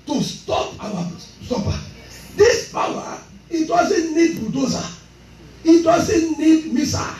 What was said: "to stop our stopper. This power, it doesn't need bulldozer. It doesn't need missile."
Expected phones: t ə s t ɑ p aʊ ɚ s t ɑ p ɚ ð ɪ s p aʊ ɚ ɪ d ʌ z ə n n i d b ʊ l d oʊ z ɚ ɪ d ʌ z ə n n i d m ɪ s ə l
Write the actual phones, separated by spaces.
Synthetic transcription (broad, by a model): t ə s t ɑ p aʊ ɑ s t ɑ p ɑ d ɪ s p aʊ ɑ ɪ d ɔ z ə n n i d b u d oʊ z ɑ ɪ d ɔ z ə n n i d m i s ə